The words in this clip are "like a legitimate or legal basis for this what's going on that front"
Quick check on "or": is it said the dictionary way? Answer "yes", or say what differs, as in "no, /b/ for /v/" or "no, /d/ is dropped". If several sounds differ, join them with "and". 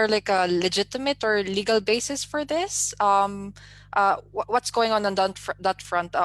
yes